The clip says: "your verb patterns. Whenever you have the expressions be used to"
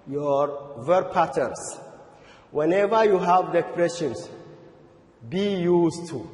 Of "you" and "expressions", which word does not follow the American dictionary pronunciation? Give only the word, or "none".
expressions